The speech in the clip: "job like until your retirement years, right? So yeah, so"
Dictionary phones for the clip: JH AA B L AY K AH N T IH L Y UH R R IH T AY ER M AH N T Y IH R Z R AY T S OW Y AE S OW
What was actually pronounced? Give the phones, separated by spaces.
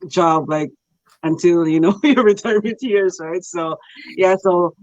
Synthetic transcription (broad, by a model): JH AA B L AY K AH N T IH L Y UH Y R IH T ER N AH T Y IH R Z R AY T S OW Y AE S OW